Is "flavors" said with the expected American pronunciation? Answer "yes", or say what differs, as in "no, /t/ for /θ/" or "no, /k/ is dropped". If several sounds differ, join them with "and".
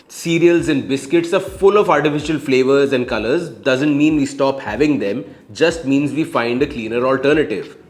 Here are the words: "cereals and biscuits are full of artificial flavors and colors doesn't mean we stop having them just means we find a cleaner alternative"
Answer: yes